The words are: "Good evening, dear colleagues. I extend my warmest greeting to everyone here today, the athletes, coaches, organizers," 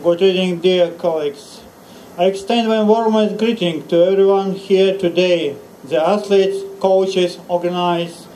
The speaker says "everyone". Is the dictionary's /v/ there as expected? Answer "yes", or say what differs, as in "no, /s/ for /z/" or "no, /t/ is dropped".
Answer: yes